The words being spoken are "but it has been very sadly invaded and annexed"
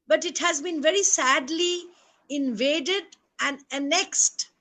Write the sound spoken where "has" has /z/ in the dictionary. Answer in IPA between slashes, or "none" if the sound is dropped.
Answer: /z/